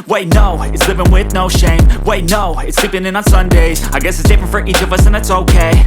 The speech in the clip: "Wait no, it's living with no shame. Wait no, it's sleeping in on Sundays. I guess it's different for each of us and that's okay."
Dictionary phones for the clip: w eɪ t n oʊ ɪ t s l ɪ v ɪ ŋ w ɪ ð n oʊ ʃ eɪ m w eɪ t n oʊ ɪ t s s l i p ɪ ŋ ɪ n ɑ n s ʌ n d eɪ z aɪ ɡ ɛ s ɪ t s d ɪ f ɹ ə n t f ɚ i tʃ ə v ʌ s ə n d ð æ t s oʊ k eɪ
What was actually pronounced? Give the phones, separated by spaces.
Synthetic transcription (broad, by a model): w eɪ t n oʊ ɪ t s l ɪ v ɪ ŋ w ɪ ð n oʊ ʃ eɪ m w eɪ t n oʊ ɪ t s s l i p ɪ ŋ ɪ n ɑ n s ʌ n d eɪ z aɪ ɡ ɛ s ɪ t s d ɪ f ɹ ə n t f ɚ i tʃ ə v ʌ s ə n ð æ t s oʊ k eɪ